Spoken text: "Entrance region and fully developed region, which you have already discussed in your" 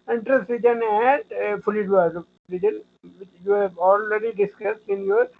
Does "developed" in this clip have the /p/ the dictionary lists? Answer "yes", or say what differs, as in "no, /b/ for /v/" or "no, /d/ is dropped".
no, /p/ is dropped